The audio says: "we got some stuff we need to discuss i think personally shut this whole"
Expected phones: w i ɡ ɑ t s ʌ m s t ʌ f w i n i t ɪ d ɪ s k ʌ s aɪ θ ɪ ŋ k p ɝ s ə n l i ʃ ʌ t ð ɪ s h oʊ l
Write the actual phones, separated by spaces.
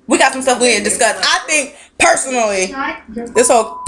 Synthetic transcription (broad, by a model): w i ɡ ɑ t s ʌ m s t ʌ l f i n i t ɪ d ɪ s k ʌ s aɪ θ ɪ ŋ k p ɝ s ə n l i ð ɪ s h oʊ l